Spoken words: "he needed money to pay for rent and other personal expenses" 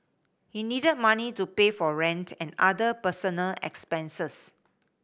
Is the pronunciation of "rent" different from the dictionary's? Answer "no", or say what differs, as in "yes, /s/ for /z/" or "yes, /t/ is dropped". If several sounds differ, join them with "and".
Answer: no